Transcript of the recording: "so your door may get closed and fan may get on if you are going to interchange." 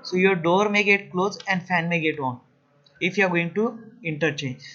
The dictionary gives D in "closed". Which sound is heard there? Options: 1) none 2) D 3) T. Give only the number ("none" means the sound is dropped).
1